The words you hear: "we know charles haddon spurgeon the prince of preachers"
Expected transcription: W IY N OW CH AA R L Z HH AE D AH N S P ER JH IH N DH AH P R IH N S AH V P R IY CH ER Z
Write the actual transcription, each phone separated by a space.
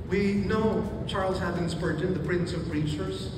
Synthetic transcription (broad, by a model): W IY N OW CH AA R L Z HH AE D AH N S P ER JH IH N DH AH P R IH N S AH V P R IY CH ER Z